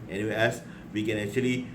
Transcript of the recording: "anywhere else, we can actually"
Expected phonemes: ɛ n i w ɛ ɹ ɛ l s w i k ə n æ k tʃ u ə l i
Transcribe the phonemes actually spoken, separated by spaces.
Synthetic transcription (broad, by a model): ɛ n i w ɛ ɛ s w i k ə n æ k tʃ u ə l i